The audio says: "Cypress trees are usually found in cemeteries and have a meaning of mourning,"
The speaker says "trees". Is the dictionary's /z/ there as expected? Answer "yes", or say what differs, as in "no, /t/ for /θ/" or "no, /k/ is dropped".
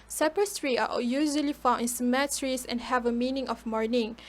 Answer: no, /z/ is dropped